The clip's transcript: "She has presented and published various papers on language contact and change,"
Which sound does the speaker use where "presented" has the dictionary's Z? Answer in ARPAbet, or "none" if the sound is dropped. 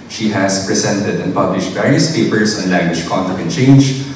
S